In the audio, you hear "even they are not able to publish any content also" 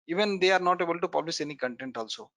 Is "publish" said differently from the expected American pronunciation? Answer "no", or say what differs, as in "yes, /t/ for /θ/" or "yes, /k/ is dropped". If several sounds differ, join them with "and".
yes, /s/ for /ʃ/